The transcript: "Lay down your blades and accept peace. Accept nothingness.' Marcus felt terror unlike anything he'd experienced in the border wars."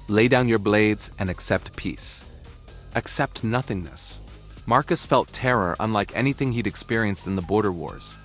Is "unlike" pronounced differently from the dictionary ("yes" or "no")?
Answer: no